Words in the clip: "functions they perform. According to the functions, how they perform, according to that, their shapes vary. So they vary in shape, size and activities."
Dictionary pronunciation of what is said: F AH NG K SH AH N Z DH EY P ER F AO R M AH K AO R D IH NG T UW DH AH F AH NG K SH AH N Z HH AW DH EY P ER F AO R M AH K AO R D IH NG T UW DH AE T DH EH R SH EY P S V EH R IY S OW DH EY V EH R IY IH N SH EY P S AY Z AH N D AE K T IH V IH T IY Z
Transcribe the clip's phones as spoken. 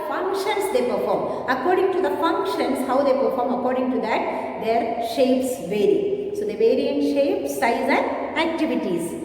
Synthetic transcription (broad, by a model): F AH NG K SH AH N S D EY P ER F AO R M AH K AO R D IH NG T UW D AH F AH NG K SH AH N S HH AW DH EY P ER F AO R M AH K AO R D IH NG T UW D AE T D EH R SH EY P S V EH R IY S OW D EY V EH R IY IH N SH EY P S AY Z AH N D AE K T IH V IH T IY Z